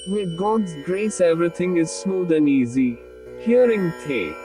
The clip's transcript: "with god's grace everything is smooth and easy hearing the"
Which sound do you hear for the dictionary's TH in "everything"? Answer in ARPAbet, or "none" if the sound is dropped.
T